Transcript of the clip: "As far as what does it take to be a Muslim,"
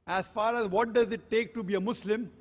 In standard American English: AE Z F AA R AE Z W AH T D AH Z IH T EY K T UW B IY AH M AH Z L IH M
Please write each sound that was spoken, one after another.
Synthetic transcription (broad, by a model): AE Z F AA R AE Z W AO T D AH Z IH T EY K T UW B IY AH M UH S L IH M